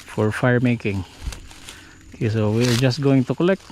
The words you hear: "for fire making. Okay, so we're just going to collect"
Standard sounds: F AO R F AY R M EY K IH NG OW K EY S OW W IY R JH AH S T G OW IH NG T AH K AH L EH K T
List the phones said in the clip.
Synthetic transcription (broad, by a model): F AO R F AY R M EY K IH NG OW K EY S OW W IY R JH AH S T G OW IH NG T AH K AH L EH K T